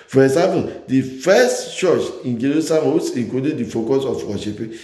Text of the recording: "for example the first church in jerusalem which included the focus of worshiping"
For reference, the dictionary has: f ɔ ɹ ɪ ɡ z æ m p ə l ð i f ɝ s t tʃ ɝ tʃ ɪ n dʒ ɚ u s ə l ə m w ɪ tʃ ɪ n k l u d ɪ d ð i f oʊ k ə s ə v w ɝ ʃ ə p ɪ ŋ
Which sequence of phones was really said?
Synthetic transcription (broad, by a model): f ɔ ɹ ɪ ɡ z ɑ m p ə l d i f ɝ s t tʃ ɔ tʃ ɪ n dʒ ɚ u s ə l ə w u s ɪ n k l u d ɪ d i f oʊ k ə s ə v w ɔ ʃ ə p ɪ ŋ